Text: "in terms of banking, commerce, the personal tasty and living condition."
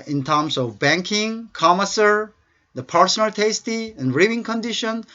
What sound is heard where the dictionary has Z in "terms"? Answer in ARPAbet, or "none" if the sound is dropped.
S